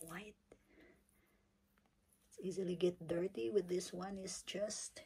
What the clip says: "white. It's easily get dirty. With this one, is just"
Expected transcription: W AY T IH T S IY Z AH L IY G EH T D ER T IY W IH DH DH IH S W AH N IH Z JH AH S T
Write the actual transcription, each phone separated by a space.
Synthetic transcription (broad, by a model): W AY IH T S IY Z AH L IY G EH T D ER T IY W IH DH DH IH S W AH N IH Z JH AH S T